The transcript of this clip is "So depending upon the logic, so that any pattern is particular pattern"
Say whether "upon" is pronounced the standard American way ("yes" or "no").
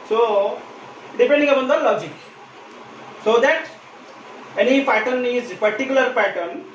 no